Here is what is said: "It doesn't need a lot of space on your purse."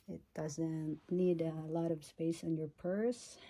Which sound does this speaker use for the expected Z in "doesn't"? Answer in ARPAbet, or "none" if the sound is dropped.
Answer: Z